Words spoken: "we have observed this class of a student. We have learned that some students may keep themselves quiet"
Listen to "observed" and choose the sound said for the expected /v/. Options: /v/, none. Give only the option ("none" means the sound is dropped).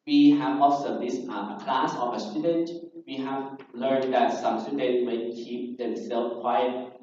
none